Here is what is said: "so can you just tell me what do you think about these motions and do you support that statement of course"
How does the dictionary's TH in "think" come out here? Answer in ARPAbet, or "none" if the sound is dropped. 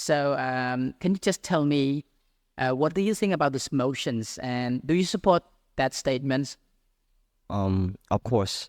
TH